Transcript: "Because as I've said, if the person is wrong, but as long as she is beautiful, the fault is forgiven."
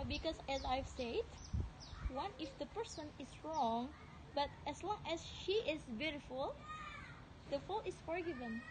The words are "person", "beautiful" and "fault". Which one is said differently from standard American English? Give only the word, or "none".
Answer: fault